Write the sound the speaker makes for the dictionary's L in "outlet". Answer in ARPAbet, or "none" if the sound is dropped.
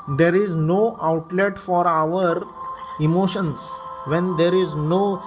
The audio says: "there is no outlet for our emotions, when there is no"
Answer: L